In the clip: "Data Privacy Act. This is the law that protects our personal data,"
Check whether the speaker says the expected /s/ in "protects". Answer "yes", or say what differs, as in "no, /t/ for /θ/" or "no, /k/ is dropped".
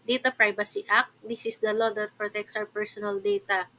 yes